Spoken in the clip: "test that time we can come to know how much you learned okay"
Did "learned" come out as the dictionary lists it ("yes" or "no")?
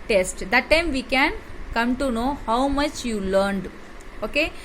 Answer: yes